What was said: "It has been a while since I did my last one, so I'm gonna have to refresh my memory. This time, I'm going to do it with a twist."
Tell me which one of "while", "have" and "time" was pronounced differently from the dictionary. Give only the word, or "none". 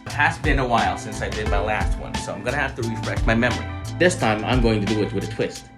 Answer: have